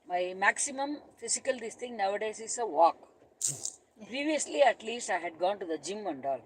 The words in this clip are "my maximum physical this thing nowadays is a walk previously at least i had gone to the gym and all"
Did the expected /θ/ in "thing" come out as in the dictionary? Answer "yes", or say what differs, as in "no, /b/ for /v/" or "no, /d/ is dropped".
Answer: no, /t/ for /θ/